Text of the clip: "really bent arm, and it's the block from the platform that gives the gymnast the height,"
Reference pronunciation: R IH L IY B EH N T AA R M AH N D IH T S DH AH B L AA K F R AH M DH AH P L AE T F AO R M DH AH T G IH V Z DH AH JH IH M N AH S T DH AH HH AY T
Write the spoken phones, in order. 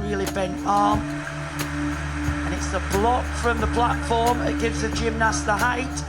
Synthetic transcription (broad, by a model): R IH L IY B EH N T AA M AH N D IH T S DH AH B L AA K F R AH M DH AH P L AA T F AO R M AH T G IH V Z DH AH JH IH M N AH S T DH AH HH AY T